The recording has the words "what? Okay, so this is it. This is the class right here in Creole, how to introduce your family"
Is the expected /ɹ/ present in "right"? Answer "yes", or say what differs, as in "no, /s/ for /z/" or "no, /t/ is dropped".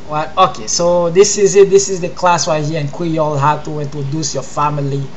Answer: no, /w/ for /ɹ/